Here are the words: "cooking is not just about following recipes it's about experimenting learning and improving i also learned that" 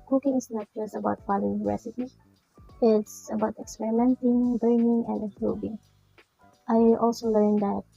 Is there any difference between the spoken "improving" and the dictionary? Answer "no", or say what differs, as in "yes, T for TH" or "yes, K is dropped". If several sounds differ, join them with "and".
yes, M is dropped and B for V